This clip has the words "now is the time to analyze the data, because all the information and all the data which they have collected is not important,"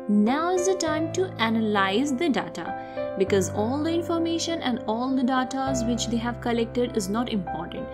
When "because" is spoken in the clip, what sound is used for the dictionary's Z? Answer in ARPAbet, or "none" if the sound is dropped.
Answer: Z